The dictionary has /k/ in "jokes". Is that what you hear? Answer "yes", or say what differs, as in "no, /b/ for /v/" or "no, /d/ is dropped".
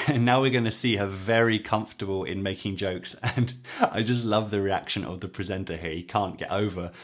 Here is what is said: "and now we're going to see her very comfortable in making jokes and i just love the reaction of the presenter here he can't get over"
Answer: yes